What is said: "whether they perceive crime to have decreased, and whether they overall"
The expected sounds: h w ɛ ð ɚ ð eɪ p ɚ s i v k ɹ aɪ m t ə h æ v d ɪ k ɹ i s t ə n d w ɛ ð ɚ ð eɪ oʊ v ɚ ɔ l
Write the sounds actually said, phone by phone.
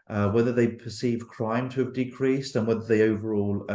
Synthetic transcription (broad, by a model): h w ɛ ð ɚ ð eɪ p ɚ s i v k ɹ aɪ m t ə v d ɪ k ɹ i s t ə n w ɛ ð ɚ ð eɪ oʊ v ɚ ɔ l